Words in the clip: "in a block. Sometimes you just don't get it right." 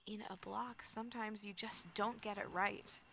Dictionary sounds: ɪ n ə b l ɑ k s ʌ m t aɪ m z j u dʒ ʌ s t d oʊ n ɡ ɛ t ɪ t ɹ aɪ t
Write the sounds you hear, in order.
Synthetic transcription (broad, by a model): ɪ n ə b l ɑ k s ʌ m t aɪ m z j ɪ dʒ ʌ s d oʊ n ɡ ɛ t ɪ t ɹ aɪ t